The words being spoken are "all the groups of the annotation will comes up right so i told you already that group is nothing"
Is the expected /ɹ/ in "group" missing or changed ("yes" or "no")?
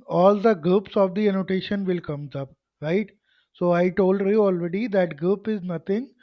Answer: yes